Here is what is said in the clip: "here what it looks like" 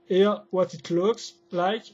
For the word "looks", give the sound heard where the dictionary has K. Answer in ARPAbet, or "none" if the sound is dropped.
K